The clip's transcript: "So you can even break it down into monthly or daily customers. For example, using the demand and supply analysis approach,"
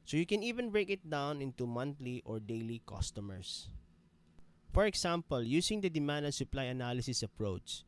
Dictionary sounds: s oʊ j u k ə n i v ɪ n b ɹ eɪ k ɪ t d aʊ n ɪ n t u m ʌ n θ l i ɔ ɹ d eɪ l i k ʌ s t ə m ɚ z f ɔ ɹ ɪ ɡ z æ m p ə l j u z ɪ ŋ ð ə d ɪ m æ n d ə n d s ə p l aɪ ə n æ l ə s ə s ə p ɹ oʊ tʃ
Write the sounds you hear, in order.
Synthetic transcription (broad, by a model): s oʊ j u k ə n i v ɪ n b ɹ eɪ k ɪ t d aʊ n ɪ n t u m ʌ n t l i ɔ ɹ d eɪ l i k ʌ s t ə m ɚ s f ɔ ɹ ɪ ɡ s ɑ m p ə l j u s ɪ ŋ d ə d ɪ m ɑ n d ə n s ə p l aɪ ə n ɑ l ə s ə s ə p ɹ oʊ tʃ